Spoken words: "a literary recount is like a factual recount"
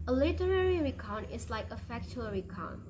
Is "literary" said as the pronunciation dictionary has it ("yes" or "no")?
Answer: yes